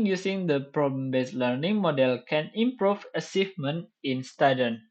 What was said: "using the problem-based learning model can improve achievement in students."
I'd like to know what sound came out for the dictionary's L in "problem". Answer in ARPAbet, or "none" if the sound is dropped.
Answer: none